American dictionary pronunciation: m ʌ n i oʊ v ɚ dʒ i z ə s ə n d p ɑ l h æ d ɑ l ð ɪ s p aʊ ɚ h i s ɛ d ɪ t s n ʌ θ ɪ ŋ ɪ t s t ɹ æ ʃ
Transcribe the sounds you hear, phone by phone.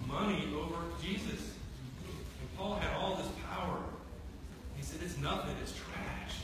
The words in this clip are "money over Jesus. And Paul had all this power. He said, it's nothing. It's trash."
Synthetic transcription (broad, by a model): m ʌ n i oʊ v ɚ dʒ i z ə s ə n p ɑ l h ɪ d ɑ l ð ɪ s p aʊ ɚ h i s ɛ d ɪ t s n ʌ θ ɪ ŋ ɪ t s t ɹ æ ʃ